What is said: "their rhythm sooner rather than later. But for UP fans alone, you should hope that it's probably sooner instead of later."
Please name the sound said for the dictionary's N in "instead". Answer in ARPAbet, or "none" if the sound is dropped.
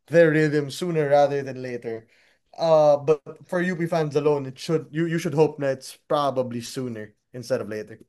N